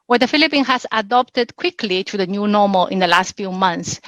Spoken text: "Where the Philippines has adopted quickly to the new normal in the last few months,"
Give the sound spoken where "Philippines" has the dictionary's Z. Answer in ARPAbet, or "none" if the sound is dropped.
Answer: none